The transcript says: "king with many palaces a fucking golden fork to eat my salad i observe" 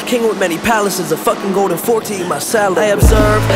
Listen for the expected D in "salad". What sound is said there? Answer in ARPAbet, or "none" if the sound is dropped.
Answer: none